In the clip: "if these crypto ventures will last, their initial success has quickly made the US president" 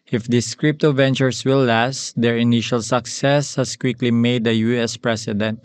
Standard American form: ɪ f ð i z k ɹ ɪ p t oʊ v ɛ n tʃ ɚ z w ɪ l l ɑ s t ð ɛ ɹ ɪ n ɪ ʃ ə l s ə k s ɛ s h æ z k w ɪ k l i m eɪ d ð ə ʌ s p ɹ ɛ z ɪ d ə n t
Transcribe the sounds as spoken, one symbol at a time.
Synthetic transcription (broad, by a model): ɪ f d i s k ɹ ɪ p t oʊ v ɛ n tʃ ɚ s w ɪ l l ɑ s t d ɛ ɹ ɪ n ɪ ʃ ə l s ə k s ɛ s h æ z k w ɪ k l i m eɪ d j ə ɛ s p ɹ ɛ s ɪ d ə n t